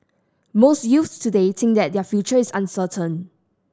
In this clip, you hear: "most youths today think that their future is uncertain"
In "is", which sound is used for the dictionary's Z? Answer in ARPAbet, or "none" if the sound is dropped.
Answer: S